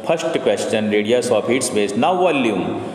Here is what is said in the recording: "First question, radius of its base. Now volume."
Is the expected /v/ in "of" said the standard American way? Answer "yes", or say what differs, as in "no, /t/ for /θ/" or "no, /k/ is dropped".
no, /p/ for /v/